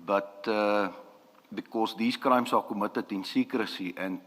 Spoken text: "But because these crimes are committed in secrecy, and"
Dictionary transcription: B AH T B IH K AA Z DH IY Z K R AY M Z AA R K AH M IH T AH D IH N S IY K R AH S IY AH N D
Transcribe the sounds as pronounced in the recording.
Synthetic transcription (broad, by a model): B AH T B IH K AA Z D IY S K R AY M S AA L K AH M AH T AH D IH N S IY K R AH S IY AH N